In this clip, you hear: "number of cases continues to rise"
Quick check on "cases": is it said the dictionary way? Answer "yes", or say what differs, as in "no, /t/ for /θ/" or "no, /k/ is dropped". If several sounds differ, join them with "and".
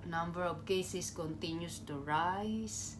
no, /s/ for /z/